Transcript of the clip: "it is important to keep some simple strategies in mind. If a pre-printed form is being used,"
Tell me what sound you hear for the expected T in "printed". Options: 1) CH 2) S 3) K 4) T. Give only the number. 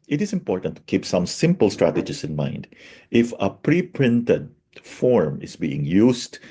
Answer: 4